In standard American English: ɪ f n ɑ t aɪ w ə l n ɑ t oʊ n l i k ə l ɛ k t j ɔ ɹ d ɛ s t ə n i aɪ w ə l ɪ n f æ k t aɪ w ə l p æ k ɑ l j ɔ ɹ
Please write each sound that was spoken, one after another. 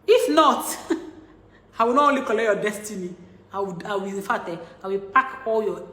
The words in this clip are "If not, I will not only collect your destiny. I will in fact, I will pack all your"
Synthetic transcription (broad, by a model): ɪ f n ɑ t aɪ w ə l n ɑ t oʊ n l i k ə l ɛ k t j ɔ d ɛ s t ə n i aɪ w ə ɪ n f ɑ t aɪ w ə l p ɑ k ɑ l j ɔ